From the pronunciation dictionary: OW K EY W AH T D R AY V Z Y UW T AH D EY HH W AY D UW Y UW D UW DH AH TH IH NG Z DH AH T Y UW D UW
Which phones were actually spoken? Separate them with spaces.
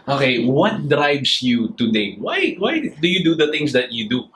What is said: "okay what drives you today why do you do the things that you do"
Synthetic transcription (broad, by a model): OW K EY W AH T D R AY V S Y UW T AH D EY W W AY D UW Y UW D UW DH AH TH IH NG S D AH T Y UW D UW